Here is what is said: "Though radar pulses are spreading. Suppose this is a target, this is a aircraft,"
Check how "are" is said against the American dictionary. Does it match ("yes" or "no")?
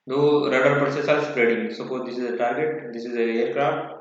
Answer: no